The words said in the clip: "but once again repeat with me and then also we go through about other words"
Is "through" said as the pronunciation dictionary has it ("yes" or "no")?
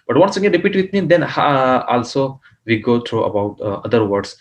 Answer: no